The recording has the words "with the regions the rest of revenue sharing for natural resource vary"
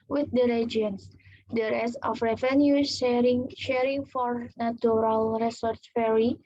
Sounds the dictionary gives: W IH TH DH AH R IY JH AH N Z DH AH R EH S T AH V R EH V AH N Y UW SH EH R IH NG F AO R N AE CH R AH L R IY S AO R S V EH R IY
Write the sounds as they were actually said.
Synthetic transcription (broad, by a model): W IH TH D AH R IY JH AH N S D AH R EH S AH F R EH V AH N Y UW SH EH R IH NG F AO R N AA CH R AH L R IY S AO R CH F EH R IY